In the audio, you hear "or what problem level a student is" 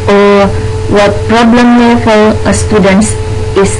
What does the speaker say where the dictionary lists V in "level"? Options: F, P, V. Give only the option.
F